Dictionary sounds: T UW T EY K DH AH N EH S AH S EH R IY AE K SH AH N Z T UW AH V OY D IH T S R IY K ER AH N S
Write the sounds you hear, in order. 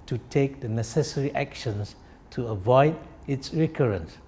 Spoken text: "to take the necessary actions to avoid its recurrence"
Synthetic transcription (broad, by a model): T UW T EY K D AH N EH S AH S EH R IY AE K SH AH N S T UW AH V OY D IH T S R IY K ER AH N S